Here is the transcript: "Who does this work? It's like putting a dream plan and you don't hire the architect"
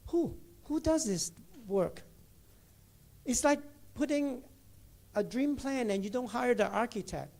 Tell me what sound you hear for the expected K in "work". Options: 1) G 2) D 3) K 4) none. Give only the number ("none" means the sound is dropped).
3